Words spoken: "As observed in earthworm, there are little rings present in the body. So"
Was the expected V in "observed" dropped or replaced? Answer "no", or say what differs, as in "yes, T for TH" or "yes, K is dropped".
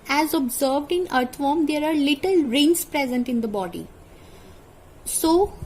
no